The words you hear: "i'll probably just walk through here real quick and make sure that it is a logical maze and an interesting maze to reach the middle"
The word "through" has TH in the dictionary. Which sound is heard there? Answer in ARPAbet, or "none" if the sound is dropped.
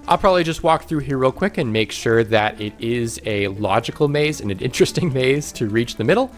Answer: TH